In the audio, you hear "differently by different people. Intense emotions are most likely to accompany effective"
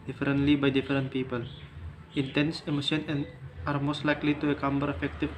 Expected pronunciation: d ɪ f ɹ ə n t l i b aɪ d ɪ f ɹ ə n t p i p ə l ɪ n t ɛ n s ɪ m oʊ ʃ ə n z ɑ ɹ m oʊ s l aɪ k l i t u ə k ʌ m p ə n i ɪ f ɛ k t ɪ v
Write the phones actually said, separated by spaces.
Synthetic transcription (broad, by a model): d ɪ f ɹ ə n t l i b aɪ d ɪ f ɹ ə n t p i p ə l ɪ n t ɛ n s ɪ m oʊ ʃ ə n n ɑ ɹ m oʊ s l aɪ k l i t u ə k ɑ m b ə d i f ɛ k t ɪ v